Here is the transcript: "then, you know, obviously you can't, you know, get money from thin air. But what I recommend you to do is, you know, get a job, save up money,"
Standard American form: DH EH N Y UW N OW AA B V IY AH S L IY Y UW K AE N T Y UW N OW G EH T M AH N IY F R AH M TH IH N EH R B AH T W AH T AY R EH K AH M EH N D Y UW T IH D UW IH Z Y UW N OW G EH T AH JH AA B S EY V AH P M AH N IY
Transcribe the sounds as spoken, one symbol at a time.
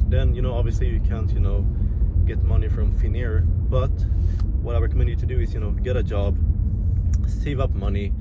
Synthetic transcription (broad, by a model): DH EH N Y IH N OW AA B V IY AH S L IY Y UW K AE N T Y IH N OW G EH T M AH N IY F R AH M F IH N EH R B AH T W AH T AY R K M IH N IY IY T IH D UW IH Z Y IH N OW G EH T AH JH AA B S EY V AH P M AH N IY